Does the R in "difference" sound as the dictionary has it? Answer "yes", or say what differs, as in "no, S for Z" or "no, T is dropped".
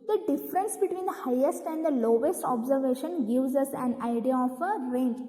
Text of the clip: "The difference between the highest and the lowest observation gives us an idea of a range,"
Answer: yes